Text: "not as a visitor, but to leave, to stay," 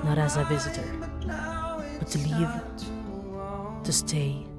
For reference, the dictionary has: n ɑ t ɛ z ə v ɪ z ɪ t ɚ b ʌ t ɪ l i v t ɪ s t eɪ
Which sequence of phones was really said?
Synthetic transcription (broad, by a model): n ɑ t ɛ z ə v ɪ z ɪ t ɚ b ʌ t ɪ l i v t ɪ s t eɪ